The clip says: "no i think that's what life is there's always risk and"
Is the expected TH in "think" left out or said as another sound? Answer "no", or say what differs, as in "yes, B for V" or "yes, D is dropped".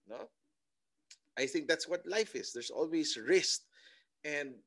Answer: no